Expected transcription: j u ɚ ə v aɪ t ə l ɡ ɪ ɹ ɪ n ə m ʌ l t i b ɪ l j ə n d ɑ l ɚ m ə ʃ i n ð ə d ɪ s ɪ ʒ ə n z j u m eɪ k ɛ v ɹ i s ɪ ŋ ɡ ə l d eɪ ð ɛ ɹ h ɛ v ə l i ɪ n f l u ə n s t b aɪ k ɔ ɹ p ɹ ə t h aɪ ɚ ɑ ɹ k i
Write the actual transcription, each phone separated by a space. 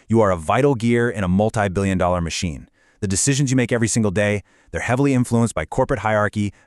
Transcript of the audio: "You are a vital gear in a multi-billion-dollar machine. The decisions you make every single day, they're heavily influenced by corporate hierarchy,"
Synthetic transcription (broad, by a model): j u ɚ ə v aɪ t l ɡ ɪ ɹ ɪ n ə m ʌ l t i b ɪ l j ə n d ɑ l ɚ m ə ʃ i n ð ə d ɪ s ɪ ʒ ə n z j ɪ m eɪ k ɛ v ɹ i s ɪ ŋ ɡ l d eɪ ð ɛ ɹ h ɛ v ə l i ɪ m f l u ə n s b aɪ k ɔ ɹ p ɹ ə t h aɪ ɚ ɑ ɹ k i